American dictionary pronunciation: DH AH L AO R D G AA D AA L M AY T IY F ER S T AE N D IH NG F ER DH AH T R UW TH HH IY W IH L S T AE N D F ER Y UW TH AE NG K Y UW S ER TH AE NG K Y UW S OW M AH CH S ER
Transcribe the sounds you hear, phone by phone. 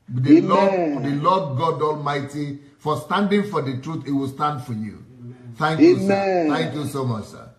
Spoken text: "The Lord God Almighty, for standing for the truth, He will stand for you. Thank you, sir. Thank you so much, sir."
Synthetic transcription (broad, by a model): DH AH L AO L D G AA D AA L M AY T IY F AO S T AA N D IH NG F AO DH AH T R UW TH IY W IH L S T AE N D F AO Y UW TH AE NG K Y UW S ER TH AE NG K Y UW S OW M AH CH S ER